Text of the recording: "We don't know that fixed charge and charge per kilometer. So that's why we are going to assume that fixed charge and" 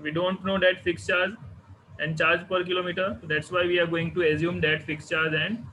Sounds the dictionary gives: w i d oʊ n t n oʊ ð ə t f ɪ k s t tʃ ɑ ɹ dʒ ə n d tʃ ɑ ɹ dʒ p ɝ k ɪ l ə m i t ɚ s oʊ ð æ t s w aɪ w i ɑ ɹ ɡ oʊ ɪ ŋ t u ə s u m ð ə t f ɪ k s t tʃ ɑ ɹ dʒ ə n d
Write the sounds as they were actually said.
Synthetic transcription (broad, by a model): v i d oʊ n t n oʊ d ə t f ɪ k s tʃ ɑ ɹ dʒ ə n d tʃ ɑ ɹ dʒ p ɝ k ɪ l ə m i t ɚ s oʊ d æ t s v aɪ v i ɑ ɹ ɡ oʊ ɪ ŋ t u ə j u m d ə t f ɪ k s tʃ ɑ ɹ dʒ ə n d